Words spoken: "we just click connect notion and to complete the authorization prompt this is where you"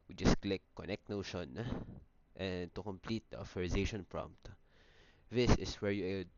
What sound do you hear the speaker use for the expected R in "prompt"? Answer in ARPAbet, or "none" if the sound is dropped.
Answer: R